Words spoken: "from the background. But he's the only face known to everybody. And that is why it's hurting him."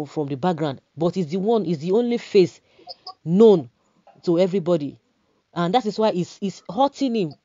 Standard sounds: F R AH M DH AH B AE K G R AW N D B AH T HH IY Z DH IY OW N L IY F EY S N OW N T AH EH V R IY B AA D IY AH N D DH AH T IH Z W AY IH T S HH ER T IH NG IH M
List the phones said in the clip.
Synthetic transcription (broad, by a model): F R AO M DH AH B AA K G R AW N D B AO T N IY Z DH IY OW N L IY F EY S N OW N T AH EH V R IY B AA D IY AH N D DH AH T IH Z W AY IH S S HH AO T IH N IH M